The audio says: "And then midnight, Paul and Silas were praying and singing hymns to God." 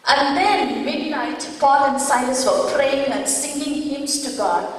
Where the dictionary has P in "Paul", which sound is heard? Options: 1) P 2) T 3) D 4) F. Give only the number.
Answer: 4